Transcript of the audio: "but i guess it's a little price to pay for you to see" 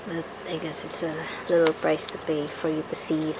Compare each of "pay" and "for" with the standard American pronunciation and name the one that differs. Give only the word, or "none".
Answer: pay